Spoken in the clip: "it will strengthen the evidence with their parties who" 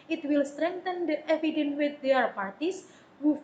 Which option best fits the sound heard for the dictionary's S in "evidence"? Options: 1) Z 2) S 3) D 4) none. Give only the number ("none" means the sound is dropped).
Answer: 4